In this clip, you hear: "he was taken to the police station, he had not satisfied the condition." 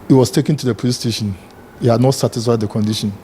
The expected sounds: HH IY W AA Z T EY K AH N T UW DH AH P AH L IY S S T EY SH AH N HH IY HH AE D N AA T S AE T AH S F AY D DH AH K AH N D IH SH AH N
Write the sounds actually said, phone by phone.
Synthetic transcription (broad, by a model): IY W AA S T EY K AH N T UW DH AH P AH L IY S S T EY SH AH N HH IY HH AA D N AA T S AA T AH S F AY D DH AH K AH N D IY SH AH N